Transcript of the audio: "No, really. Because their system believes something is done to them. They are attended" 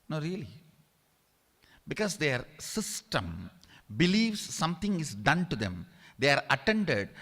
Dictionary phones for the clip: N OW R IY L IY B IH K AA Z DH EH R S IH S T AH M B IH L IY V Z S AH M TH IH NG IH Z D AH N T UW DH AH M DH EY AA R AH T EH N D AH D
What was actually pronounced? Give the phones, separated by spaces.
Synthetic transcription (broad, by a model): N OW R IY L IY B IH K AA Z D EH R S IH S T AH M B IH L IY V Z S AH M T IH NG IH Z D AH N T UW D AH M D EY AA R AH T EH N D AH D